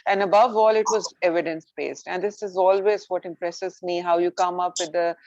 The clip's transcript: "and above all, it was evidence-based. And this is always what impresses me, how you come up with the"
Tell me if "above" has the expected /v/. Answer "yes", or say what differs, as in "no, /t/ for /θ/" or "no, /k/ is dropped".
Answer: yes